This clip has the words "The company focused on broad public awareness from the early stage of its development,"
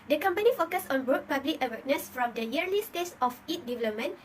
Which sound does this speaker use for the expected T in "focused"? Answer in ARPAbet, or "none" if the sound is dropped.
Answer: none